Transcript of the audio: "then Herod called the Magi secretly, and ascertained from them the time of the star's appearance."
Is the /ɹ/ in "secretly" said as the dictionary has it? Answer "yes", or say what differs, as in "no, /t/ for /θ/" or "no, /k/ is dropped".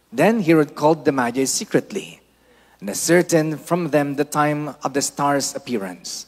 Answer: yes